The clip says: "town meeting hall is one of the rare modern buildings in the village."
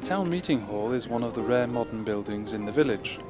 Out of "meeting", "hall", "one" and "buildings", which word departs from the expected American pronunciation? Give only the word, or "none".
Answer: none